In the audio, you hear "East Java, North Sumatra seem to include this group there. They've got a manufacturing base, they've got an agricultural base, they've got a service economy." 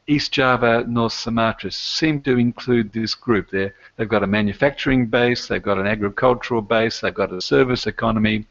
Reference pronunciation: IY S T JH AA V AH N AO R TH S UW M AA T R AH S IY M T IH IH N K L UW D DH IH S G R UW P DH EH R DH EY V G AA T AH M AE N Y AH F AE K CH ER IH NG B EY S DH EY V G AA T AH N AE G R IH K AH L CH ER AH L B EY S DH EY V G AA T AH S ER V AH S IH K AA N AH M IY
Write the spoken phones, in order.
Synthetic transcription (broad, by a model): IY S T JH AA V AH N AO R TH S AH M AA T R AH S IY M T IH IH N K L UW D DH IH S G R UW P DH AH R DH EY V G AA T AH M AE N Y AH F AE K CH ER IH NG B EY S DH EY V G AA T AH N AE G R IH K AH L CH ER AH L B EY S DH EY V G AA T AH S ER V AH S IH K AA N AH M IY